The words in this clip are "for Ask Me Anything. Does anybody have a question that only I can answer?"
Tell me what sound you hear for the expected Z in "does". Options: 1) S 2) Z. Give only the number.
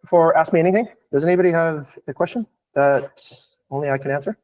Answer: 2